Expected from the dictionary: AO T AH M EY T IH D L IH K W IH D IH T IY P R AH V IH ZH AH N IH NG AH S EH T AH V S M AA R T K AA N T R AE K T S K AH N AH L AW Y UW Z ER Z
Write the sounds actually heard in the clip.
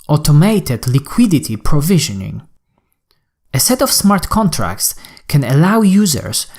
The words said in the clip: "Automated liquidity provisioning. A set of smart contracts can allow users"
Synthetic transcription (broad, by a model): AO T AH M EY T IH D L IH K W IH D IH T IY P R AH V IH ZH AH N IH NG AH S EH T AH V S M AA R T K AA N T R AE K T S K AH N AH L AW Y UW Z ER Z